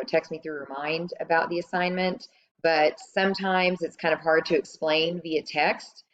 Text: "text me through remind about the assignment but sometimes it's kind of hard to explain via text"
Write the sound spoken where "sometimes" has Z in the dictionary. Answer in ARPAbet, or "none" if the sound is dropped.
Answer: Z